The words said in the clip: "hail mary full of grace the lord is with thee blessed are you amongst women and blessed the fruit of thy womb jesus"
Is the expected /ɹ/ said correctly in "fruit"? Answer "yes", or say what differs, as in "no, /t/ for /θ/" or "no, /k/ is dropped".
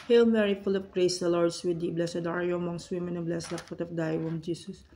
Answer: no, /ɹ/ is dropped